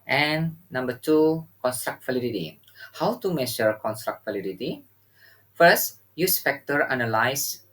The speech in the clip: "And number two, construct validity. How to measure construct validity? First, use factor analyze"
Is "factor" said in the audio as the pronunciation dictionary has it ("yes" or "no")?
no